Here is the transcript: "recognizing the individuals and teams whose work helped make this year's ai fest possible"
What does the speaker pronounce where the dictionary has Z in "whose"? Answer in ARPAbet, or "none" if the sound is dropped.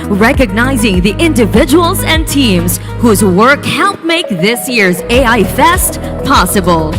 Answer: Z